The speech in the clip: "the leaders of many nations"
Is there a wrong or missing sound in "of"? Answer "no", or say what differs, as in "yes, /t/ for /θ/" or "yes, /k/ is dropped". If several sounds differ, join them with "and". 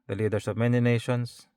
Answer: no